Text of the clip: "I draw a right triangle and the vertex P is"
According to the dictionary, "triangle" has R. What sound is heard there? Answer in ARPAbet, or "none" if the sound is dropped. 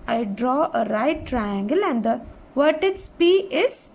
R